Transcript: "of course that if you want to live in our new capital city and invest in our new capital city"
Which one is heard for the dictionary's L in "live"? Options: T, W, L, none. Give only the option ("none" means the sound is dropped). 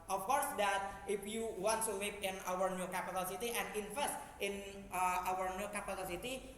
W